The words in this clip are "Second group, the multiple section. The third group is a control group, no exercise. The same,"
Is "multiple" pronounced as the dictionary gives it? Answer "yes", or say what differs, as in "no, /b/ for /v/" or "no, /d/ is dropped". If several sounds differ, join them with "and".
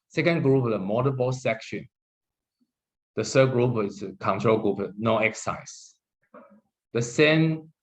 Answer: no, /b/ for /p/